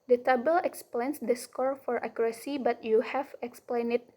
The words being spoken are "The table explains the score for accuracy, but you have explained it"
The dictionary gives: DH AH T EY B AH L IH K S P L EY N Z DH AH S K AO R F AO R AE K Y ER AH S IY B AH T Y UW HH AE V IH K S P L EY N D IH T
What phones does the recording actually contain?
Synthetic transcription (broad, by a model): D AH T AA B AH L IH K S P L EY N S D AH S K AO R F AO R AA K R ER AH S IY B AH T Y UW HH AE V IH K S P L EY N IH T